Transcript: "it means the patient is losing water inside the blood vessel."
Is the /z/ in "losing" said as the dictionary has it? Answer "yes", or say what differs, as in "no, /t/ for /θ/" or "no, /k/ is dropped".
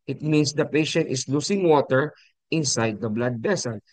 no, /s/ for /z/